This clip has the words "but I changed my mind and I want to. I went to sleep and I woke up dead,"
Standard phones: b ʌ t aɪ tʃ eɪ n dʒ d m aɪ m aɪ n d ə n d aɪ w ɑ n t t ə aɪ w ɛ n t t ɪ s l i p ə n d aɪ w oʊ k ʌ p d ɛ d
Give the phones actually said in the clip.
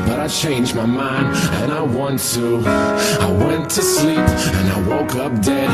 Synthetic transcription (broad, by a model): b ʌ t aɪ tʃ eɪ n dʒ m aɪ m aɪ n d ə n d aɪ w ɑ n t t ə aɪ w ɛ n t t ɪ s l i p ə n aɪ w oʊ k ʌ p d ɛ